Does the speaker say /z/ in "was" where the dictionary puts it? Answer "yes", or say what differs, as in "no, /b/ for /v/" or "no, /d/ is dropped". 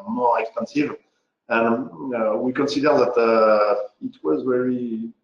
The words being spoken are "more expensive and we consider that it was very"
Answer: yes